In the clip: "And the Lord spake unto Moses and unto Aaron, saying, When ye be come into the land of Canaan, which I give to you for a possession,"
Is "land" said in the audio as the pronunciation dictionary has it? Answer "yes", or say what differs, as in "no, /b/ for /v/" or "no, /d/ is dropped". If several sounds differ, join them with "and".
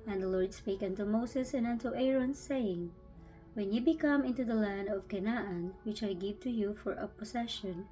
yes